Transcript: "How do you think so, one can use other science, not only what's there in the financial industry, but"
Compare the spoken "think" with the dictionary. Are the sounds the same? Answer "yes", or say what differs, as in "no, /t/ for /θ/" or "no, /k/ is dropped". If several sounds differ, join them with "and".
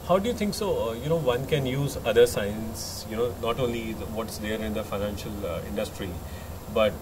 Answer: no, /t/ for /θ/